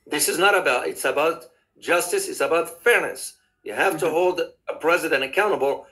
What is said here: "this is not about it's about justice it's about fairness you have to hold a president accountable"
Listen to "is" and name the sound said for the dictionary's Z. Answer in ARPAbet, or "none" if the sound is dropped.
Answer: Z